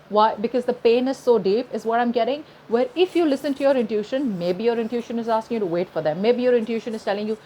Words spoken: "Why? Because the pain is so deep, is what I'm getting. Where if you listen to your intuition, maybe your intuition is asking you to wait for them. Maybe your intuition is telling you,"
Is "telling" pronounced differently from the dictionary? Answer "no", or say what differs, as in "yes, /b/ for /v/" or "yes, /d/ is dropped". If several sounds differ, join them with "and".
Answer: no